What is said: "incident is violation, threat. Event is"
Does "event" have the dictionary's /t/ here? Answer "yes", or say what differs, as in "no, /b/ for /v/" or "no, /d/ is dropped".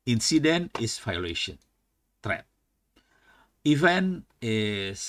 no, /t/ is dropped